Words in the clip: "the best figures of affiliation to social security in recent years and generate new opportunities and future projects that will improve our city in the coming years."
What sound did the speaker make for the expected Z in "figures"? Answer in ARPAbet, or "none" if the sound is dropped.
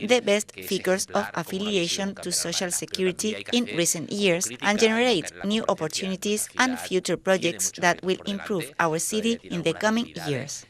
S